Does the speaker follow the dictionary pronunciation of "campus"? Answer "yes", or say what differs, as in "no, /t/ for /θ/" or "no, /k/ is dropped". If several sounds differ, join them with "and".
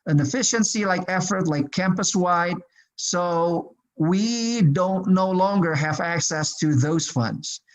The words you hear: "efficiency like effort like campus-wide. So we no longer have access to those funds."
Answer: yes